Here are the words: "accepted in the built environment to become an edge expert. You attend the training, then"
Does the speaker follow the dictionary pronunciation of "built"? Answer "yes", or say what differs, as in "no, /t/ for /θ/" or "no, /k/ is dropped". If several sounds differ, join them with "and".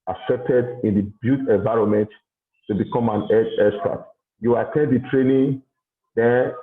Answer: no, /l/ is dropped